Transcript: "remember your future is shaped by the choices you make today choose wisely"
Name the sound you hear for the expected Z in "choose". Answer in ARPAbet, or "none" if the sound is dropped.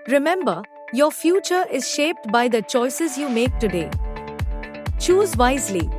Z